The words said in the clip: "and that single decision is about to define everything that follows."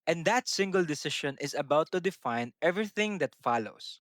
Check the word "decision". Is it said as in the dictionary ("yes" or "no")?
no